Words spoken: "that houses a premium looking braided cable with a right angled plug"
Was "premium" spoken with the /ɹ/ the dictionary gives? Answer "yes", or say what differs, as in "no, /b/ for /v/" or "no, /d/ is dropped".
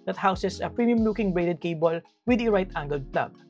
yes